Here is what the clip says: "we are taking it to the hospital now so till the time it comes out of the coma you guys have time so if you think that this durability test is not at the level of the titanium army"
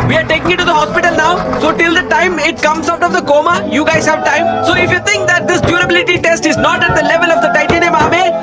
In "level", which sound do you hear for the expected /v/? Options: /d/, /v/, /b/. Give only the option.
/v/